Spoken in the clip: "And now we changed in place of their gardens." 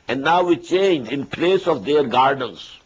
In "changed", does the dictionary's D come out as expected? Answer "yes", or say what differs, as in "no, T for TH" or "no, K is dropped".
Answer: no, D is dropped